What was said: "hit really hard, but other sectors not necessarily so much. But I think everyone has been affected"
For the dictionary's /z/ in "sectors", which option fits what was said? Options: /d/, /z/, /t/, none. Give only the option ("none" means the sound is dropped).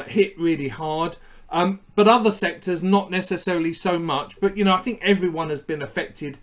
/z/